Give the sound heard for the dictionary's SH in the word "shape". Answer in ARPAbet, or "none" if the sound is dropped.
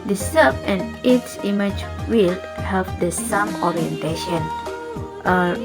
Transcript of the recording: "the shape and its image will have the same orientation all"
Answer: S